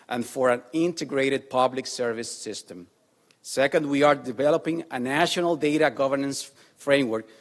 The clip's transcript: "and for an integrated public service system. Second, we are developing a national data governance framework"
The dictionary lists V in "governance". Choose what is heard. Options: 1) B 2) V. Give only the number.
2